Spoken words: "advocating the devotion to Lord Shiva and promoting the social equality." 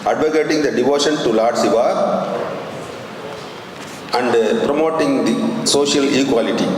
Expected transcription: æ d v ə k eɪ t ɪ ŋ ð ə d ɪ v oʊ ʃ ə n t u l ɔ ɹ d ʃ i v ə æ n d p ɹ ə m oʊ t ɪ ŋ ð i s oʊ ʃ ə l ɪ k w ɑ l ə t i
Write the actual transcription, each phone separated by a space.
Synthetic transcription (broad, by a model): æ d v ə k eɪ t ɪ ŋ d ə d ɪ v oʊ ʃ ə n t u l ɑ ɹ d s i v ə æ n d p ɹ ə m oʊ t ɪ ŋ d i s oʊ ʃ ə l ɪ k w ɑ l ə t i